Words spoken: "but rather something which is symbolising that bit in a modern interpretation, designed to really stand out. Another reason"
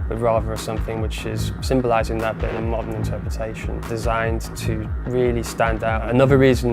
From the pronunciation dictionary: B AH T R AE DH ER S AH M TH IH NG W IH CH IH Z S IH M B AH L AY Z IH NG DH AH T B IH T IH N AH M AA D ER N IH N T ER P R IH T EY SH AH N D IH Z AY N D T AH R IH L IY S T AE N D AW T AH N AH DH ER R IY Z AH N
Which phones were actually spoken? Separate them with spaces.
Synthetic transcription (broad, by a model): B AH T R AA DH ER S AH M TH IH NG W IH CH IH Z S IH M B AH L AY Z IH NG DH AH T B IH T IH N AH M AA D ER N IH N T ER P R IH T EY SH AH N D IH Z AY N T AH R IH L IY S T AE N D AW T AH N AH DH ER R IY Z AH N